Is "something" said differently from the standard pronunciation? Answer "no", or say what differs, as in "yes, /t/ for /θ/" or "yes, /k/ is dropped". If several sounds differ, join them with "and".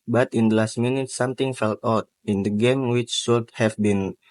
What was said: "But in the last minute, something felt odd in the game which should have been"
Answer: yes, /t/ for /θ/